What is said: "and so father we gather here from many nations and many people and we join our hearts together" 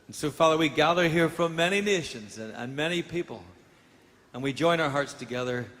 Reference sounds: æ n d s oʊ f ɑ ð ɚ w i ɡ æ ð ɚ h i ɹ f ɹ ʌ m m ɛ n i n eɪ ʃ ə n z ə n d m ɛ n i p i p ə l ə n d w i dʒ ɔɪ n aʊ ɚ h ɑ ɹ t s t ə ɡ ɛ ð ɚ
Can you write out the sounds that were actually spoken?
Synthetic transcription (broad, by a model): n s oʊ f ɑ ð ɚ w i ɡ æ ð ɚ h i ɹ f ɹ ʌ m m ɛ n i n eɪ ʃ ə n z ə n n m ɛ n i p i p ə l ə n w i dʒ ɔɪ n aʊ ɚ h ɑ ɹ t s t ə ɡ ɛ ð ɚ